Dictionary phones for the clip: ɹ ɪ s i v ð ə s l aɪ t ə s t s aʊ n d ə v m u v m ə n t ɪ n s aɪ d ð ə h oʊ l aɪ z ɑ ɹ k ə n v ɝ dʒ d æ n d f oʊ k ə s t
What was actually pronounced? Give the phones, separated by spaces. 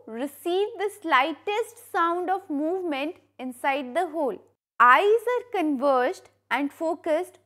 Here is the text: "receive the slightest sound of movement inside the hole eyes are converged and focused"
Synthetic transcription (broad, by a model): ɹ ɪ s i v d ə s l aɪ t ə s t s aʊ n d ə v m u v m ə n t ɪ n s aɪ d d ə h oʊ l aɪ z ɑ ɹ k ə n v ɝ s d æ n d f oʊ k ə s t